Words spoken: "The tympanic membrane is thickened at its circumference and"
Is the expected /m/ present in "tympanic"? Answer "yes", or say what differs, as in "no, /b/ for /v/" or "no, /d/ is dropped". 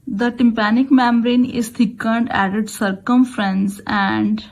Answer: yes